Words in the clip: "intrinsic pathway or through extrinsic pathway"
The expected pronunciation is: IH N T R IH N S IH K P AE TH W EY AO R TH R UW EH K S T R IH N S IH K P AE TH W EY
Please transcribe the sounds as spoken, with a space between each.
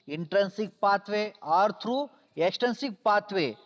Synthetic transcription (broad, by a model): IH N T R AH N S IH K P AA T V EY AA R T R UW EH K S T AH N S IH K P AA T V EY